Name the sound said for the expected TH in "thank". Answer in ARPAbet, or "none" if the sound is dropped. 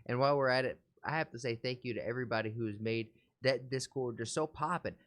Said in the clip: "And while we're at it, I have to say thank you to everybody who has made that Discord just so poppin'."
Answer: TH